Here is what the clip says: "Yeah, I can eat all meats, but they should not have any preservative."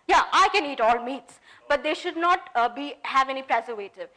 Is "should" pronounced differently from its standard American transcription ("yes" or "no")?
no